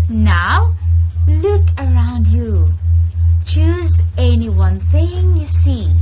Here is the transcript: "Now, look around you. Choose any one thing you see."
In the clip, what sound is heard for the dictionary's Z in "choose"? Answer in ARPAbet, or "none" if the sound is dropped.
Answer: Z